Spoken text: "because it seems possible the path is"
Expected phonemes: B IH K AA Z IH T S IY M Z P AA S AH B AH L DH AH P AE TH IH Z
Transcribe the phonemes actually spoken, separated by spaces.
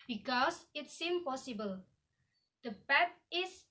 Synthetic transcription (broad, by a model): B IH K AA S IH T S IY M P AA S AH B AH L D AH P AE T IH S